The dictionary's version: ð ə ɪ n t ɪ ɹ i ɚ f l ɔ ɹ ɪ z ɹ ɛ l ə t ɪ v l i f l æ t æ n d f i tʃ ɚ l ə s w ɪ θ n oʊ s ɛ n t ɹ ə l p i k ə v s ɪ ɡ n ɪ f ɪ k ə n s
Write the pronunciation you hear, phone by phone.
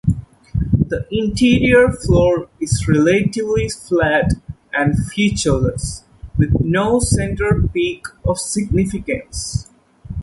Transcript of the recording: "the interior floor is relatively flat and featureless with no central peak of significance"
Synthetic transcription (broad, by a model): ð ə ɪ n t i ɹ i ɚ f l ɔ ɹ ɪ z ɹ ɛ l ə t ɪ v l i f l æ t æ n d f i tʃ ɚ l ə s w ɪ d n oʊ s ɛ n t ə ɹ p i k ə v s ɪ ɡ n ɪ f ɪ k ə n s